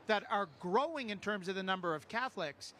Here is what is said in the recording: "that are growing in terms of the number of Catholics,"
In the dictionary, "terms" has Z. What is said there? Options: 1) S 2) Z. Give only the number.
2